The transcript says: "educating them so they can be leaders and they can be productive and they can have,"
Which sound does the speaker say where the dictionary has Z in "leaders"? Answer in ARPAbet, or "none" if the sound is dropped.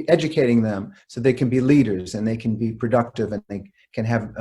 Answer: Z